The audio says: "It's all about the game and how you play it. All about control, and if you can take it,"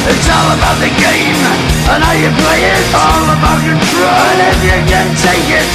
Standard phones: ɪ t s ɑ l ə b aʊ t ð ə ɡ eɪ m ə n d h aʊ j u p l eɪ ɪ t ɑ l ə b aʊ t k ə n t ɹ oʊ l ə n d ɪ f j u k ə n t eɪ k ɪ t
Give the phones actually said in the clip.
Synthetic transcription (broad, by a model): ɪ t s ɑ l ə b aʊ t ð ə ɡ eɪ m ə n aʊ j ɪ p l eɪ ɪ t ɑ l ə b aʊ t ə t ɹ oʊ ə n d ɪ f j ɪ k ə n t eɪ k ɪ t